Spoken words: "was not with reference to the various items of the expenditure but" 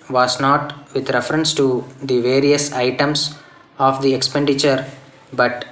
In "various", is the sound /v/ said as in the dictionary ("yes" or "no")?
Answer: yes